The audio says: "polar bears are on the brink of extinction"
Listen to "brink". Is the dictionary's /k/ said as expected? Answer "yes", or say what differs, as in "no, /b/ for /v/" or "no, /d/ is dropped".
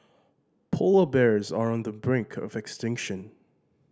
yes